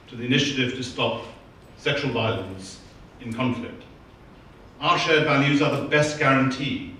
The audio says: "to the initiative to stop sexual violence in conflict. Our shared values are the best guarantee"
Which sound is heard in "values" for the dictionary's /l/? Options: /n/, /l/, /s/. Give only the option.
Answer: /n/